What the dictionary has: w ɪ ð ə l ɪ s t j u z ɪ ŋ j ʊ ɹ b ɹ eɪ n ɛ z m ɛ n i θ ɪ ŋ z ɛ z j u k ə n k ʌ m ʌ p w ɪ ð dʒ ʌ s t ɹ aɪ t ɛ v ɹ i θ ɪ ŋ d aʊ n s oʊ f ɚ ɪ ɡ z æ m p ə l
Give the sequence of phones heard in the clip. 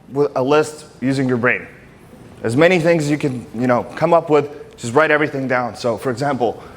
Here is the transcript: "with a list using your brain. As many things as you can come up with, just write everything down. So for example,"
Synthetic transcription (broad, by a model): w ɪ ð ə l ɪ s t j u z ɪ ŋ j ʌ ɹ b ɹ eɪ n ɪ z m ɛ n i θ ɪ ŋ z z j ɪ k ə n k ʌ m ʌ p w ɪ ð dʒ ʌ s t ɹ aɪ t ɛ v ɹ i θ ɪ ŋ d aʊ n s oʊ f ɚ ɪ ɡ z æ m p l